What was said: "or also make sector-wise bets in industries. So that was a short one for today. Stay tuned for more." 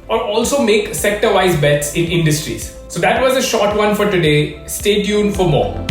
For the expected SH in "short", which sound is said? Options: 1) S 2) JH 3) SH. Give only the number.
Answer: 3